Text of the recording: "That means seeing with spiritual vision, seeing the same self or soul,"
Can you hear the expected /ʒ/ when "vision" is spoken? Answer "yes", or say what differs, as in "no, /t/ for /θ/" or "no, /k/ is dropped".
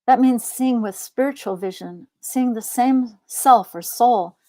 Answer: yes